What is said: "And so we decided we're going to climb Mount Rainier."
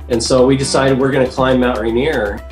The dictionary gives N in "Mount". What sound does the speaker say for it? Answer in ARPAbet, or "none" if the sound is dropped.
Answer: none